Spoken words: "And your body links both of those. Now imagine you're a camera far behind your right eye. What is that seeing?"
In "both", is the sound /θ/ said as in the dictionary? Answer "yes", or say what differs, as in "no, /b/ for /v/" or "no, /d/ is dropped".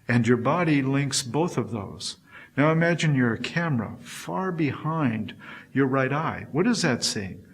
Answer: yes